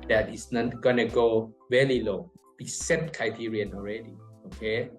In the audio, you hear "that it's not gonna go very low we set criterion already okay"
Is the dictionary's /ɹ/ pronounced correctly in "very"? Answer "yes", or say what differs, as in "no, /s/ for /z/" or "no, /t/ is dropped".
no, /l/ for /ɹ/